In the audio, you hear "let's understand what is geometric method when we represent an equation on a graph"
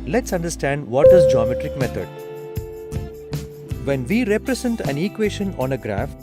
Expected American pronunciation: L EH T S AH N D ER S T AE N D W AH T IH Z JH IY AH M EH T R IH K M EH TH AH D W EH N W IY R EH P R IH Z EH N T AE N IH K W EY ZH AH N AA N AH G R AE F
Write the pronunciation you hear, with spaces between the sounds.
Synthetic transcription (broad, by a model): L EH T S AH N D ER S T AE N D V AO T IH Z JH IY AH M EH T R IH K M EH T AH D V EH N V IY R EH P R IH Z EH N T AE N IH K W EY SH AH N AA N AH G R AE F